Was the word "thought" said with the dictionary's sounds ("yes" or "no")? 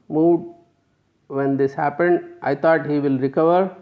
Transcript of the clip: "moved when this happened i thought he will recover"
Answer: no